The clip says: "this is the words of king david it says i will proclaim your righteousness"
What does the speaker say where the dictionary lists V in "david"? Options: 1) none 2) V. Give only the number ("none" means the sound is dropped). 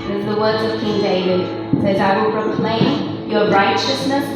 1